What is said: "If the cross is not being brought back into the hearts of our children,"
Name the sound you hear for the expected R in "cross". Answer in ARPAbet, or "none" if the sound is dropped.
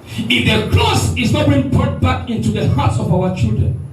L